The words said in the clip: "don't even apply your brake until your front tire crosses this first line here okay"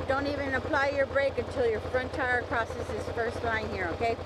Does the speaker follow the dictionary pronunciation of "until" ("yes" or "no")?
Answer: yes